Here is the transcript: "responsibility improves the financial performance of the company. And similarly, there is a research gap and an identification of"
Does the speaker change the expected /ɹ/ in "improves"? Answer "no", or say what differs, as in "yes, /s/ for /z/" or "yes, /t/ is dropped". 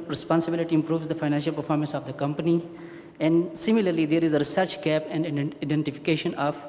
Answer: no